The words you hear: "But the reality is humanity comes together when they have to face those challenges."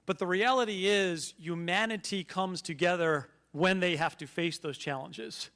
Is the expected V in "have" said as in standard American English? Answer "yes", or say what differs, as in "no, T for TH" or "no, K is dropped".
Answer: no, F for V